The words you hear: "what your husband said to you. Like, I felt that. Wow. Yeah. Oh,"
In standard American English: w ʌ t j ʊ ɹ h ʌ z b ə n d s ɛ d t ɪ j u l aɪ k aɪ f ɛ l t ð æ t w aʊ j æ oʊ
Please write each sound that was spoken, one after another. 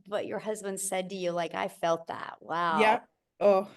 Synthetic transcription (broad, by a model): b ʌ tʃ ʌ ɹ h ʌ z b ə n d s ɛ d t ɪ j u l aɪ k aɪ f ɛ l t ð æ t w aʊ j æ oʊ